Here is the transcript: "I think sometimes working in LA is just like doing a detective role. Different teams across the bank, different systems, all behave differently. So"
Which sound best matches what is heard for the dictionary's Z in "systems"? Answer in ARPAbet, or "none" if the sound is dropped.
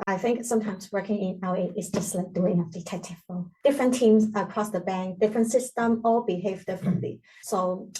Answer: none